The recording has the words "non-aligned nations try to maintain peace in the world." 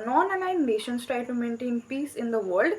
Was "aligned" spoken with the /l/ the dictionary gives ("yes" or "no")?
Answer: no